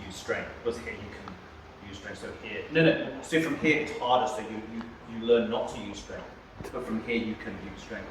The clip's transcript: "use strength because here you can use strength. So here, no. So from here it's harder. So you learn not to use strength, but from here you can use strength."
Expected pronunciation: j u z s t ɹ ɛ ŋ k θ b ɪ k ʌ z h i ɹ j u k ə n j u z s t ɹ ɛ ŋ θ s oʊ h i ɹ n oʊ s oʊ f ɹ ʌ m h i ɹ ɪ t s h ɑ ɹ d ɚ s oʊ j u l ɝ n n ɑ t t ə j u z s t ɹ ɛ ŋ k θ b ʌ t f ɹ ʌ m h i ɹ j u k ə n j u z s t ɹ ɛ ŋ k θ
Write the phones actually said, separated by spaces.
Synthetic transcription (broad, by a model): j u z s t ɹ ɛ ŋ k θ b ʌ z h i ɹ j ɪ k ə n j u z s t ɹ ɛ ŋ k s oʊ h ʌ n n oʊ s oʊ f ɹ ʌ m h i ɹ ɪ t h ɑ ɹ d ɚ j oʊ j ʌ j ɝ l n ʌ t t ə j u z s t ɹ ɛ ŋ k θ b ʌ t f ɹ ʌ m h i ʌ j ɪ k ə n j u z s t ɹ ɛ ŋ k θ